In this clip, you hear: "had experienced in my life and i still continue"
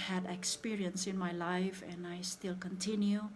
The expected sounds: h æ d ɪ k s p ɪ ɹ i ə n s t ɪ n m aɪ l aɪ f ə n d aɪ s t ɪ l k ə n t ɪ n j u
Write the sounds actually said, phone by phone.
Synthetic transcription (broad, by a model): h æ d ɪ k s p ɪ ɹ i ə n s ɪ n m aɪ l aɪ f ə n aɪ s t ɪ l k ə n t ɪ n j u